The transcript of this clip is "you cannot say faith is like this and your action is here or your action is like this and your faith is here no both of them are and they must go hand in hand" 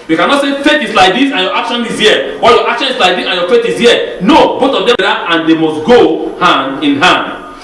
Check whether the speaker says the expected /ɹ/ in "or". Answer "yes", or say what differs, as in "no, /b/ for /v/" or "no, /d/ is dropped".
no, /l/ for /ɹ/